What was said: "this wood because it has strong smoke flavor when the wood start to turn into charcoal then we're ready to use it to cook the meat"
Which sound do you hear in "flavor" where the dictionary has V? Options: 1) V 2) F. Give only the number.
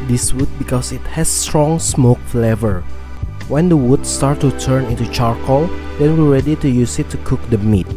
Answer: 1